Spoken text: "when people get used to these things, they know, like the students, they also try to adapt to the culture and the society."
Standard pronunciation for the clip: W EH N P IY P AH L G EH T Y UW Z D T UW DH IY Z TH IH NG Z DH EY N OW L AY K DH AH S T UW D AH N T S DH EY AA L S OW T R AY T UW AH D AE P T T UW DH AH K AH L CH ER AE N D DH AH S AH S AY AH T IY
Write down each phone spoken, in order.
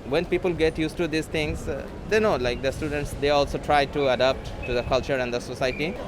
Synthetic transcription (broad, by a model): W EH N P IY P AH L G EH T Y UW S T UW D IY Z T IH NG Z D EY N OW L AY K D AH S T UW D AH N T S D EY AA L S OW T R AY T UW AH D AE P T T UW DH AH K AH L CH ER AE N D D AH S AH S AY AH T IY